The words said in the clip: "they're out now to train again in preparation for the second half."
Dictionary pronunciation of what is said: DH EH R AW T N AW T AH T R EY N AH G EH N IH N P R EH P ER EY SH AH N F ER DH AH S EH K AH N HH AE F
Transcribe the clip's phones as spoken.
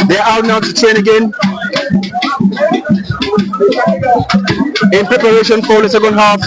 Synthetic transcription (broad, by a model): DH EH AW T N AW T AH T EY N AH G EH N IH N P R EH P ER EY SH AH N F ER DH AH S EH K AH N HH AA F